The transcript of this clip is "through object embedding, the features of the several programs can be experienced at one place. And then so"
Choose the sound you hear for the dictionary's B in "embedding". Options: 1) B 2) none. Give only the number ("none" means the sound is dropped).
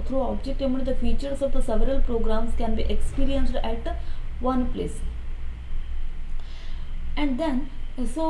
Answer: 2